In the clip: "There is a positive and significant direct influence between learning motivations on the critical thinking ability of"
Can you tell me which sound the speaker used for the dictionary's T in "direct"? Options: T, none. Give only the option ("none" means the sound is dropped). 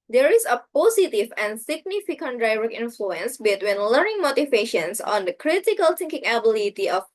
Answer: none